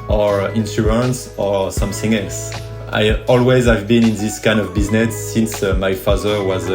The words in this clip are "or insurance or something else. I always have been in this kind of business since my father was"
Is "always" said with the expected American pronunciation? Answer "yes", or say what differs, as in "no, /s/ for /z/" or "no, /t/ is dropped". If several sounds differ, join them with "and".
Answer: yes